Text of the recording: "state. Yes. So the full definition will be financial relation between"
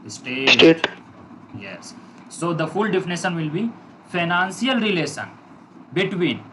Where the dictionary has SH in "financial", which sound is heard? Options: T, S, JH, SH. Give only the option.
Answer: S